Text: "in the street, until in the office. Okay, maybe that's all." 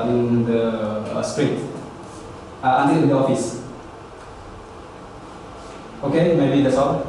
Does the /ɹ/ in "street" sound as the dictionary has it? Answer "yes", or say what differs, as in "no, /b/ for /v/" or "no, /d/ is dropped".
yes